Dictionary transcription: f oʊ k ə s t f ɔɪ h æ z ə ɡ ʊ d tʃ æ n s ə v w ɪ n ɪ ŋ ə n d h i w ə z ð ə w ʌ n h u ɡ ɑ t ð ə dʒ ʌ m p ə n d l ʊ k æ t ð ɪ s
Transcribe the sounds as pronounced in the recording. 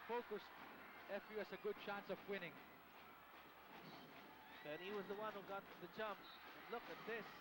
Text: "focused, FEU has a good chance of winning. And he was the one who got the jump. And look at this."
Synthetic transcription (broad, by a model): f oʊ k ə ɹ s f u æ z ə ɡ ʊ d tʃ æ n s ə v w ɪ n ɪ ŋ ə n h i w ə z ð ə w ʌ n h u ɡ ɑ t ð ə dʒ ʌ m p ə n l ʊ k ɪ t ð ɪ s